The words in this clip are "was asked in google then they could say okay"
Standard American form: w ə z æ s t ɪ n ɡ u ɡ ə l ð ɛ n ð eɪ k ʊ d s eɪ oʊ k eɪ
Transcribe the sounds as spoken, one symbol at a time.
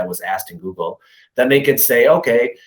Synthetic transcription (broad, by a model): w ə z æ s t ɪ n ɡ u ɡ l ð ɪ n ð eɪ k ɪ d s eɪ oʊ k eɪ